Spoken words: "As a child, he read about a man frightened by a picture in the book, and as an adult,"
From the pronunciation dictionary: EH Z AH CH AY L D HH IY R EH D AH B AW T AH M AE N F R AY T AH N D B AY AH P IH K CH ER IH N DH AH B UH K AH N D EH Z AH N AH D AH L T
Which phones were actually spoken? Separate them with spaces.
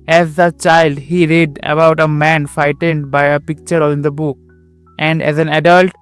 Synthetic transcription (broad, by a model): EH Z AH CH AY L D HH IY R EH D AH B AW T AH M AE N F AY T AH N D B AY AH P IH K CH ER IH N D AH B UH K AH N D EH Z AH N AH D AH L T